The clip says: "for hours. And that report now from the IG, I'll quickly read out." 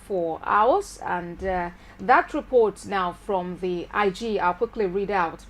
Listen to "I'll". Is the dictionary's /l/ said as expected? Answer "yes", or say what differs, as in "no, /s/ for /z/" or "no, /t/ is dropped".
yes